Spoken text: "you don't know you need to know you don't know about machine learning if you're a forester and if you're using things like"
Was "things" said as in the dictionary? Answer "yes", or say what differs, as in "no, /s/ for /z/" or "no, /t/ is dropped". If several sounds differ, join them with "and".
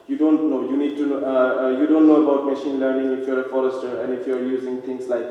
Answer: no, /t/ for /θ/